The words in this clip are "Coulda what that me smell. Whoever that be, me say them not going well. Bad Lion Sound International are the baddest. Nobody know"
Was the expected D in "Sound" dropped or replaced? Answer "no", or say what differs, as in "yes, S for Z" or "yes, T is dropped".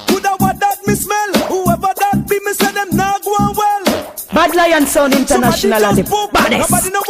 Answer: yes, D is dropped